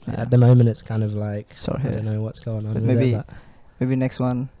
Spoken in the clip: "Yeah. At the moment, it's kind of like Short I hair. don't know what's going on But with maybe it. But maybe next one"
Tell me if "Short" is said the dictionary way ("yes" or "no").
no